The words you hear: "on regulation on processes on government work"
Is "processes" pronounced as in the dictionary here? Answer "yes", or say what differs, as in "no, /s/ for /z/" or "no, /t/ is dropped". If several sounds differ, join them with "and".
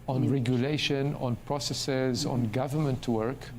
yes